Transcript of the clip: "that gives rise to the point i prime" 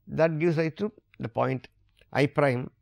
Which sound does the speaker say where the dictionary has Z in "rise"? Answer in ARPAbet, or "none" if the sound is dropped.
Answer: none